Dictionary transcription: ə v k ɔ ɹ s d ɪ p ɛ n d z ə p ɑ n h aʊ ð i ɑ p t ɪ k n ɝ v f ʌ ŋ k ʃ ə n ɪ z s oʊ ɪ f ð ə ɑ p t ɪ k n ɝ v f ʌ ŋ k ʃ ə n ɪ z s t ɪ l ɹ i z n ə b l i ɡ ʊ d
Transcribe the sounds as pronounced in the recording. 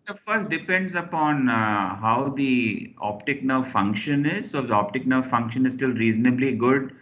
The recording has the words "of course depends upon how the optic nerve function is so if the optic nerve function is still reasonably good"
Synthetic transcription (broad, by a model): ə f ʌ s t d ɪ p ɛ n d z ə p ɑ n h aʊ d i ɑ p t ɪ k n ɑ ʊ f ʌ ŋ k ʃ ə n ɪ z s oʊ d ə ɑ p t ɪ k n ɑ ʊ f ʌ ŋ k ʃ ə n ɪ z s t ɪ l ɹ i z n ə b l i ɡ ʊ d